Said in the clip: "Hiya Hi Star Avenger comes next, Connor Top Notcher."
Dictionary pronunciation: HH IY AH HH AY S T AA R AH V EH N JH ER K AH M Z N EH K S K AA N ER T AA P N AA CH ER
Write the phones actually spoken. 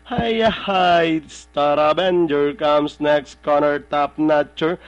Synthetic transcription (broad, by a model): HH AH HH AY S T AA R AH B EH N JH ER K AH M S N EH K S K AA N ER T AA P N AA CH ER